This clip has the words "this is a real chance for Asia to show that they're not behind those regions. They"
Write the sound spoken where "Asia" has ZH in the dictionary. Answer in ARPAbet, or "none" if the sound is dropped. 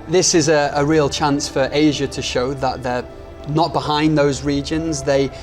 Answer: ZH